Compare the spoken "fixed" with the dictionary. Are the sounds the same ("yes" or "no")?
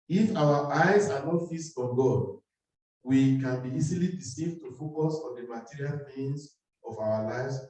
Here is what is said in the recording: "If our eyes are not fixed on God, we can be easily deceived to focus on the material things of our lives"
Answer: no